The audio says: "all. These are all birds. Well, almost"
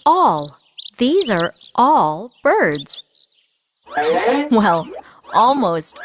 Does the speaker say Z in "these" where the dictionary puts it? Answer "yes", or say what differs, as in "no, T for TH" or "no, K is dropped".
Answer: yes